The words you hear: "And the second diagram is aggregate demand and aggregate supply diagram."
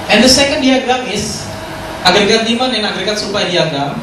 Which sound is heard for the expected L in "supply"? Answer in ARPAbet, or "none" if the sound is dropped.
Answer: none